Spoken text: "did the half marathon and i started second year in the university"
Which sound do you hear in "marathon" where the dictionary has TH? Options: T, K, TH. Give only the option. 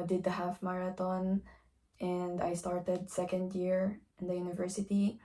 T